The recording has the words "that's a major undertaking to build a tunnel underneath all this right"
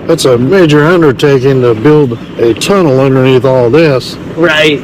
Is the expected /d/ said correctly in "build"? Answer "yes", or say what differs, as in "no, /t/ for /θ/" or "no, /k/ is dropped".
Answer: yes